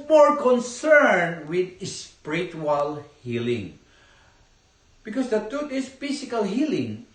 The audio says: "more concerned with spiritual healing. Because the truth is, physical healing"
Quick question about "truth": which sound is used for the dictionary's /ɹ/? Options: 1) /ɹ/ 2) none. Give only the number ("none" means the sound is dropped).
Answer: 2